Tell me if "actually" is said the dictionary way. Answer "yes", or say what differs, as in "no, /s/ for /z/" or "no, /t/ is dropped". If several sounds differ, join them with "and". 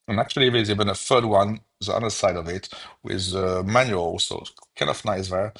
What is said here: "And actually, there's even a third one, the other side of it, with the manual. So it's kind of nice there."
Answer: yes